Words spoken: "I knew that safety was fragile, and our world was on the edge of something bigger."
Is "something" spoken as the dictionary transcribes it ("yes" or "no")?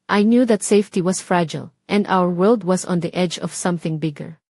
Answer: yes